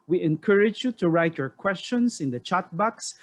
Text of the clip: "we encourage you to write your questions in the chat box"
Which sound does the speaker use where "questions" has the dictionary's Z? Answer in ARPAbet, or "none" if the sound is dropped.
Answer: S